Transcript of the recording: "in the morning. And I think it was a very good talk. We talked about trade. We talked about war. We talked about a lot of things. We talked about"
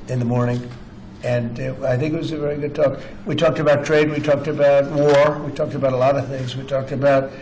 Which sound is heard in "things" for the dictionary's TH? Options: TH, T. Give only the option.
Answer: TH